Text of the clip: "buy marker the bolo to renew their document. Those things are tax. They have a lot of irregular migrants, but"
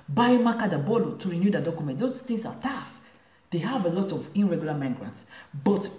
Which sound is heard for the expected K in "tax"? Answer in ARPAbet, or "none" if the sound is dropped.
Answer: none